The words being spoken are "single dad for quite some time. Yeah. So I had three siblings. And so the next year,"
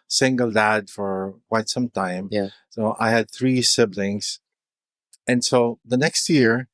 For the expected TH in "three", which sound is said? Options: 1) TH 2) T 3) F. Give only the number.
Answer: 1